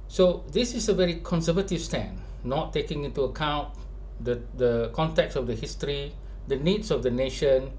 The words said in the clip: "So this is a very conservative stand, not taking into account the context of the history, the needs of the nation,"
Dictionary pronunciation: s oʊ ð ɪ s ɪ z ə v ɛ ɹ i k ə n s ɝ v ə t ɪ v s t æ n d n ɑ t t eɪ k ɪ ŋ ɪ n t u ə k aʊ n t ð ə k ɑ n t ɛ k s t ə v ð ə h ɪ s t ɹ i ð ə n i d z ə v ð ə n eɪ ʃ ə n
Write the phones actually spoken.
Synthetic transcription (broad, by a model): s oʊ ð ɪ s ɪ s ə v ɛ ɹ i k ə n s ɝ v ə t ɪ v s t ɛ n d n ɑ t t eɪ k ɪ ŋ ɪ n t u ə k aʊ n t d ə k ɑ n t ɛ k s ə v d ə h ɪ s t ɹ i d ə n i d s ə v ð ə n eɪ ʃ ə n